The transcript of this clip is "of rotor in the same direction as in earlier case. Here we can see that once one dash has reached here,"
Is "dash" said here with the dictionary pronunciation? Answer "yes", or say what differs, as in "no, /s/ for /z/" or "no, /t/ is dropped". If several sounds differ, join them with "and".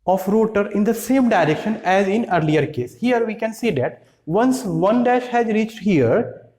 yes